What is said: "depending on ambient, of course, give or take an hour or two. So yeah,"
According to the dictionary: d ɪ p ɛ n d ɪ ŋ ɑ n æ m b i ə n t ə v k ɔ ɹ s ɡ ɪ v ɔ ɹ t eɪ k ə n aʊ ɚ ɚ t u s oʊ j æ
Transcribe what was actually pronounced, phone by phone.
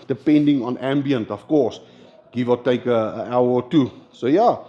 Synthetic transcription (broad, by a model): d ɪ p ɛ n d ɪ ŋ ɑ n æ m b i ə n t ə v k ɔ s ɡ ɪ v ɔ l t eɪ k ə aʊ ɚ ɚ t u s oʊ j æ